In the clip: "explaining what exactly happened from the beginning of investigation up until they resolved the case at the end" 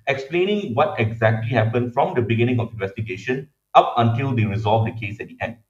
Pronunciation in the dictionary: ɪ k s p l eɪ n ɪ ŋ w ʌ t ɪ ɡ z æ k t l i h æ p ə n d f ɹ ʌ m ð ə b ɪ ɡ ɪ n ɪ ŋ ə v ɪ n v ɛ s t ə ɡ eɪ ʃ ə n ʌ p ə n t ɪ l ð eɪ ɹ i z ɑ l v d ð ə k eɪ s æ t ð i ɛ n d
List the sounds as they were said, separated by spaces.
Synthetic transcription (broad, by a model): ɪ k s p l eɪ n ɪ ŋ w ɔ t ɪ ɡ z æ k t l i h æ p ə n d f ɹ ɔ m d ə b ɪ ɡ ɪ n ɪ ŋ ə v ɪ n v ɛ s t ə ɡ eɪ ʃ ə n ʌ p ə n t ɪ l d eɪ ɹ i z ɑ l v d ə k eɪ s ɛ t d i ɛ n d